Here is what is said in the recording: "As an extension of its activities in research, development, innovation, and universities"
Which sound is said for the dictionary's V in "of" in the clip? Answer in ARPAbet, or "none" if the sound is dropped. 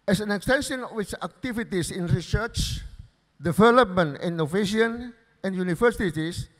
W